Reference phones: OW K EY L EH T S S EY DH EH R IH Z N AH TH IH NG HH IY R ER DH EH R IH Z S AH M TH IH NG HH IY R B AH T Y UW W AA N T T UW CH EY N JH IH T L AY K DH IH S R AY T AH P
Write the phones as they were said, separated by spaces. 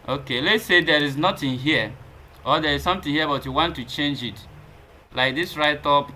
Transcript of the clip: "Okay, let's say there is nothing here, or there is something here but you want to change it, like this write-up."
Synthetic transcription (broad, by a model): OW K EY L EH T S S EY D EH R IH Z N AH T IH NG HH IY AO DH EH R IH Z S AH M T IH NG HH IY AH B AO T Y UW W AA N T T UW CH EY N JH IH T L AY K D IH S R AY T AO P